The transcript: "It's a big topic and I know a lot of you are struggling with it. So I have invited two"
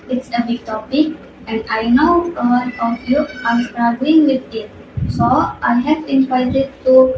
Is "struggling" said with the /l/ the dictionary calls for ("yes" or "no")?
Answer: no